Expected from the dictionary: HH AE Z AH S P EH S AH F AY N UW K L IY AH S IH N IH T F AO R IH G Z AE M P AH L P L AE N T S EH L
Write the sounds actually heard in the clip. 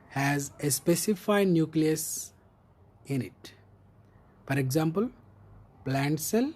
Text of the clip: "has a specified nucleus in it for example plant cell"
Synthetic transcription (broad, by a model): HH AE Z AH S P EH S AH F AY N UW K L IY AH S IH N IH T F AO R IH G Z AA M P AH L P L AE N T S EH L